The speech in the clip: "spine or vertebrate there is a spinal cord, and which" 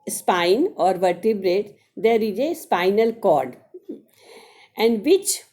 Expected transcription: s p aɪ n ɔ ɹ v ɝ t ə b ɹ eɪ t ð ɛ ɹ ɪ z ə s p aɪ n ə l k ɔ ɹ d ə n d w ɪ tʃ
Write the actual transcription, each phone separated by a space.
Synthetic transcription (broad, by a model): s p aɪ n ɔ ɹ v ɝ t ə b ɹ eɪ t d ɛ ɹ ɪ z ə s p aɪ n ə l k ɔ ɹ d ə n d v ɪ tʃ